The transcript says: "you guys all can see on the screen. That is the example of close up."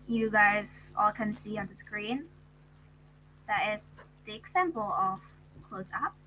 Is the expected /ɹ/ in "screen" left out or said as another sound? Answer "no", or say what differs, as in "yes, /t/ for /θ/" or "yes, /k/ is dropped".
no